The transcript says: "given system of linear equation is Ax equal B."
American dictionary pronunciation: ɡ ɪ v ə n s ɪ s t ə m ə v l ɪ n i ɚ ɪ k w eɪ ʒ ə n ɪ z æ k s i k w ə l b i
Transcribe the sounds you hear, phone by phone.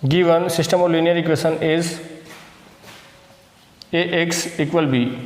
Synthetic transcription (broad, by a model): ɡ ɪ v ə n s ɪ s t ə m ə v l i n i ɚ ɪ k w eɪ s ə n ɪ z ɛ k s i k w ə l b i